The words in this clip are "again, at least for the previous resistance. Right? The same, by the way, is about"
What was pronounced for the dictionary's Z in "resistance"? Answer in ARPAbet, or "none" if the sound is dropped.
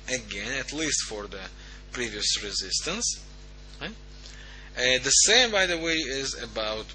Z